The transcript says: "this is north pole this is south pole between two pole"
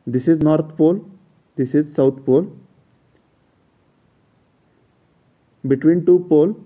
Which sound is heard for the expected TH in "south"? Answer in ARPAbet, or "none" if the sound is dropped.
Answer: T